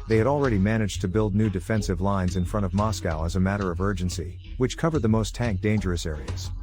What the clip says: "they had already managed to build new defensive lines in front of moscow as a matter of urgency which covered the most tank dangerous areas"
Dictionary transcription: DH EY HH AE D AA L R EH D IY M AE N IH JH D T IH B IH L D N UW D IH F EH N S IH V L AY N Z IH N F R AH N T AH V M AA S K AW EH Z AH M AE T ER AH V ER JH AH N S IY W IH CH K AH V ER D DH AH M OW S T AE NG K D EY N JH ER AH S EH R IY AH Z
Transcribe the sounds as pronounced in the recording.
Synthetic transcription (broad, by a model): DH EY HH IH D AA L R EH D IY M AE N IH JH T IH B IH L D N UW D IH F EH N S IH V L AY N Z IH N F R AH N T AH V M AA S K AW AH Z AH M AE T ER AH V ER JH AH N S IY W IH CH K AH V ER D DH AH M OW S T AE NG K D EY N JH ER AH S EH R IY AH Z